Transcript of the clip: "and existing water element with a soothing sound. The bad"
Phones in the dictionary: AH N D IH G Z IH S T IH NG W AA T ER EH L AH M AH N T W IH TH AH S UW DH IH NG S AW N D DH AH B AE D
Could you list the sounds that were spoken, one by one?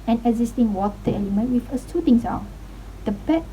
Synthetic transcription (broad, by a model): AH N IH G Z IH S T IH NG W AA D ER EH L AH M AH N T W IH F AH S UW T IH NG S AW D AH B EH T